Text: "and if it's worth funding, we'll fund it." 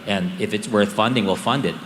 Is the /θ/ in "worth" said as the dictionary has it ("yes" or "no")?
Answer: yes